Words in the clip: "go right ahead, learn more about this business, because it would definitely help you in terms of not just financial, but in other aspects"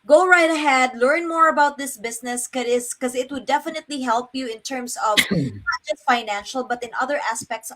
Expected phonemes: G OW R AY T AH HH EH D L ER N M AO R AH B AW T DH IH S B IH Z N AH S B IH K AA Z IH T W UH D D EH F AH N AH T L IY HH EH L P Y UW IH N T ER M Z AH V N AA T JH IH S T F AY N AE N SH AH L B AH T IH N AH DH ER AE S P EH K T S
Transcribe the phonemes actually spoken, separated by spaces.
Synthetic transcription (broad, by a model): G OW R AY T AH HH EH D L ER N M AO R AH B AW T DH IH S B IH S N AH S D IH K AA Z IH T W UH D D EH F AH N AH T L IY HH EH L P Y UW IH N T ER M S AH V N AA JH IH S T F AY N AE N SH AH L B AH T IH N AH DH ER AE S P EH K T S